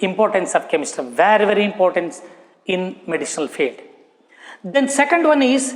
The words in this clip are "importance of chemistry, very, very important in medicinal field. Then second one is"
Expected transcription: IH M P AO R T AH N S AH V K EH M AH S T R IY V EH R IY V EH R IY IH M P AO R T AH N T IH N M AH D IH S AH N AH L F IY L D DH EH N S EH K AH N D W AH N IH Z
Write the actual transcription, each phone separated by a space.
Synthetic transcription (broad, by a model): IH M P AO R T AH N S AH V K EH M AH S T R V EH R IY V EH R IY M P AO R T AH N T IH N M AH D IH SH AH N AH L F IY L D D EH N S EH K AH N D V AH N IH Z